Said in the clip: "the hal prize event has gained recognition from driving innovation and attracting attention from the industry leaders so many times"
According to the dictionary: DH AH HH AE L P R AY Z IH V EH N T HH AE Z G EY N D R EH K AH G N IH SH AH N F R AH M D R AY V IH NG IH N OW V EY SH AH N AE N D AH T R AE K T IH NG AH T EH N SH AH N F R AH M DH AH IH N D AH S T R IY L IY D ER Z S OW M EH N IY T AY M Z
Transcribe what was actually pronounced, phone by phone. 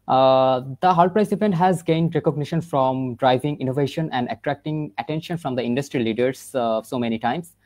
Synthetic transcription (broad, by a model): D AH HH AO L P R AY S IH P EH N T HH AE Z G EY N D R EH K AH G N IH SH AH N F R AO M D R AY V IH NG IH N OW V EY SH AH N AE N D AH T R AE K T IH NG AH T EH N SH AH N F R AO M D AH IH N D AH S T R IY L IY D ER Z S OW M EH N IY T AY M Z